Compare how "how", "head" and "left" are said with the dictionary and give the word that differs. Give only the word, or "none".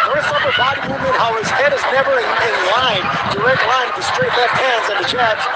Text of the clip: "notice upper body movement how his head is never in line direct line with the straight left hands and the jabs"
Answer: left